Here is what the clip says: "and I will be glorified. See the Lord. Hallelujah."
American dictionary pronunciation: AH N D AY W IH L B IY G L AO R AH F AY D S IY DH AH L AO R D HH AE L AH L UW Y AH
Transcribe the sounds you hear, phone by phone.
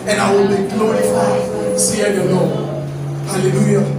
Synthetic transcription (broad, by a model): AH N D AY W IH L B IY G L AO R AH F AY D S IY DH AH N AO HH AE L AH L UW Y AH